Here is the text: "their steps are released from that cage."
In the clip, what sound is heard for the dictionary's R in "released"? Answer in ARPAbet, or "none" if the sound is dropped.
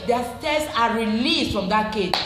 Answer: R